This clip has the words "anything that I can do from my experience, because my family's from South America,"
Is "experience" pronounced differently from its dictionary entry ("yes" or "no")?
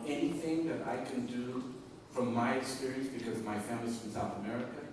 yes